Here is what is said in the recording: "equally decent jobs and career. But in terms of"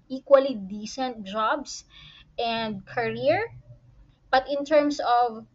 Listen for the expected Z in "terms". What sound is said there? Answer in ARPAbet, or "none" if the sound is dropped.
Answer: S